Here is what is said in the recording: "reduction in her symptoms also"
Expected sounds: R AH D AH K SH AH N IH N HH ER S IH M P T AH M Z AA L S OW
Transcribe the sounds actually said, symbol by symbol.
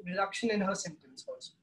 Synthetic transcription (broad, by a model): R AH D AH K SH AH N IH N HH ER S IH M T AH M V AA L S